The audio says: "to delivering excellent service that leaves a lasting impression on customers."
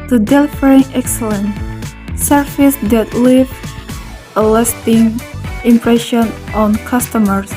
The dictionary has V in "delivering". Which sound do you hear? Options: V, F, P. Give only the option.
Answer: F